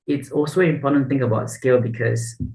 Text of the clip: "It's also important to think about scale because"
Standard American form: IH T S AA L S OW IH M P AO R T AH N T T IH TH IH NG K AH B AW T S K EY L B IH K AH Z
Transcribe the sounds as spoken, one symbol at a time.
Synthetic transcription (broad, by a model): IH T S AA L S OW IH M P AO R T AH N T T IH TH IH NG K AH B AW T S K EY L B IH K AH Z